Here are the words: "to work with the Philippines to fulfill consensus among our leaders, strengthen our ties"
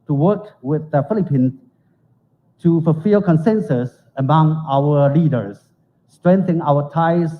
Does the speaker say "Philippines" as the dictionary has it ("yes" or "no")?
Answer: no